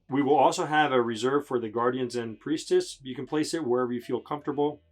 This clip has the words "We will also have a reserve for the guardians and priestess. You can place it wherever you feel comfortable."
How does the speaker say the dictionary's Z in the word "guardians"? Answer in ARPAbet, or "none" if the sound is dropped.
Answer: Z